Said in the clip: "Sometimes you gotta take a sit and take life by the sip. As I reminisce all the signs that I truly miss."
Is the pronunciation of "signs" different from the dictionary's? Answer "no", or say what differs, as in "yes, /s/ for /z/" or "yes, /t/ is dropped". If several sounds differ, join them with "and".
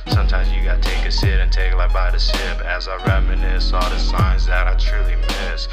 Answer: no